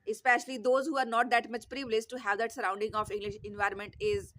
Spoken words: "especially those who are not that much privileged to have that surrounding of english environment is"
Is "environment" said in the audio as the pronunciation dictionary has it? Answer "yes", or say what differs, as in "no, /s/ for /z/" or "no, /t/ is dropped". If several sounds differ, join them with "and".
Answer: yes